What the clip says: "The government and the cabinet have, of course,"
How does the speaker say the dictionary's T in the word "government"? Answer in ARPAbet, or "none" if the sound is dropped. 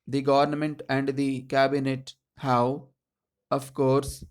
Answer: T